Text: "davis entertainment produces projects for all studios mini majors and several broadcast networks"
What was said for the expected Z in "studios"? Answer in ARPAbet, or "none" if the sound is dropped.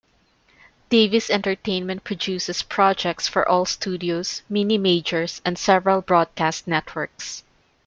S